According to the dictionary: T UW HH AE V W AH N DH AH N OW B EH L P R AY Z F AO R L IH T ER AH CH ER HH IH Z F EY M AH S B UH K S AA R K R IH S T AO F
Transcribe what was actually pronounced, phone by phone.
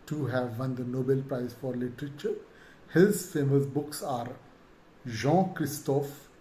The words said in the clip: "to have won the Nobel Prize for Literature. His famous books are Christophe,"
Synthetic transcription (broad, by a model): T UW HH AE V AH N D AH N OW B EH L P R AY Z F AO R L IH T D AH CH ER HH IH Z F EY M AH S B UH K S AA R K R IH S T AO F